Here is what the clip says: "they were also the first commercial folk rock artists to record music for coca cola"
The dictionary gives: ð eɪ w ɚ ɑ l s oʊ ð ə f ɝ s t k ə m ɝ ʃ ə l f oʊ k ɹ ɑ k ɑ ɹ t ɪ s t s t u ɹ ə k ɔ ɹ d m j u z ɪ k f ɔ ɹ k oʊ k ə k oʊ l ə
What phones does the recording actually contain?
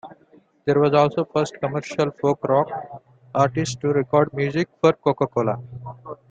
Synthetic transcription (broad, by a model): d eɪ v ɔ ɑ l s oʊ f ɝ s t k ə m ɝ ʃ ə l f oʊ k ɹ ɑ k ɑ ɹ t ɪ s s t u ɹ ə k ɔ ɹ d m j u z ɪ k f ɔ ɹ k oʊ k ə k oʊ l ə